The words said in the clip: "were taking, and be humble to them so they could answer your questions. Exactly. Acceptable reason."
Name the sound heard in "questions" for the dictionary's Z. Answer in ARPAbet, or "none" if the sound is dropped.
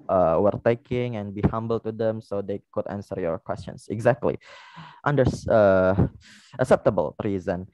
S